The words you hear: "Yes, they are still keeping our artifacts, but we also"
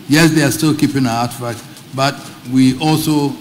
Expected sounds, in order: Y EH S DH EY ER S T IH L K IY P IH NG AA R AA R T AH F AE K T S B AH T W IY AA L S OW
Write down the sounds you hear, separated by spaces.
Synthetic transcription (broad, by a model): Y EH S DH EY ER S T IH L K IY P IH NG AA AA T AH F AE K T B AH T W IY AA L S OW